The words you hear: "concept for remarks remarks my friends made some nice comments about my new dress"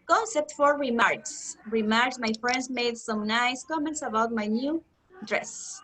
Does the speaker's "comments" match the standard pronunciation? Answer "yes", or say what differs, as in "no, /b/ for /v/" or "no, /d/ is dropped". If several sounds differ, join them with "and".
yes